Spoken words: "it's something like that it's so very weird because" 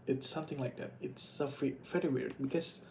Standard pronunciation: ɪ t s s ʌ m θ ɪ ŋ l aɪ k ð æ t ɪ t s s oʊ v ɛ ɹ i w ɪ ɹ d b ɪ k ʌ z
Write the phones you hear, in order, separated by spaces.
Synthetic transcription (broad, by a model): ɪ t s s ʌ m θ ɪ ŋ l aɪ k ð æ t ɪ t s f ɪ f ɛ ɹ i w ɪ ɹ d b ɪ k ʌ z